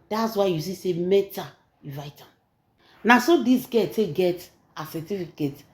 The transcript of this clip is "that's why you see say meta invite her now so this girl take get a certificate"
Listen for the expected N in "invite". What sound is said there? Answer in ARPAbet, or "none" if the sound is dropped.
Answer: none